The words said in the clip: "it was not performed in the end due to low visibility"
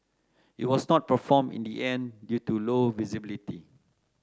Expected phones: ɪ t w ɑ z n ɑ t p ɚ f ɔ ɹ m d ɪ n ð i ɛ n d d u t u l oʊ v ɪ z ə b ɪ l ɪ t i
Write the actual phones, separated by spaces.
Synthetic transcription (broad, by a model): ɪ t w ɑ s n ɑ t p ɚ f ɔ m ɪ n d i ɛ n d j u t u l oʊ v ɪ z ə b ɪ l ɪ t i